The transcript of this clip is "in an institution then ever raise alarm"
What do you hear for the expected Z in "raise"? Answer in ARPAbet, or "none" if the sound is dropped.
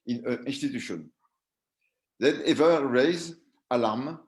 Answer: Z